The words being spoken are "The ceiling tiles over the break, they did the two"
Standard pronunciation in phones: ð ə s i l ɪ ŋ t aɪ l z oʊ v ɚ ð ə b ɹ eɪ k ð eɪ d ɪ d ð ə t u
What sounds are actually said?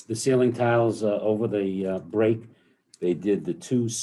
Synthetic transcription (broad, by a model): ð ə s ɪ l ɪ ŋ t aɪ l z oʊ v ɚ ð ə b ɹ eɪ k ð eɪ d ɪ d ð ə t u